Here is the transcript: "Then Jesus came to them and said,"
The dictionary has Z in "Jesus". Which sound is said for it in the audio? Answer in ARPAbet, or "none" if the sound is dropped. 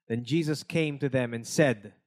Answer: Z